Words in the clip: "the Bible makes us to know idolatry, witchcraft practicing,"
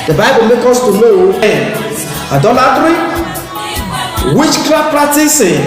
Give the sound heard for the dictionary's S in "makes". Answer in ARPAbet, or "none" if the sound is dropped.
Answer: none